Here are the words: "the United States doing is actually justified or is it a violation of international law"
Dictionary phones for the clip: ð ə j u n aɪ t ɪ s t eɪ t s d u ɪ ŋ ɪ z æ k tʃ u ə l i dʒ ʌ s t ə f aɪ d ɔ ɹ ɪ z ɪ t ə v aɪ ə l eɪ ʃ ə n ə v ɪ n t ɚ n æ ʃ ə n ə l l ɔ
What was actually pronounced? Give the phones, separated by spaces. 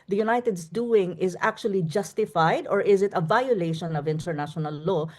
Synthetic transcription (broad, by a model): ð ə j u n aɪ t ɪ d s d u ɪ ŋ ɪ z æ k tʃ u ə l i dʒ ʌ s t ə f aɪ d ɔ ɹ ɪ z ɪ t ə v aɪ ə l eɪ ʃ ə n ə v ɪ n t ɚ n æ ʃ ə n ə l l ɔ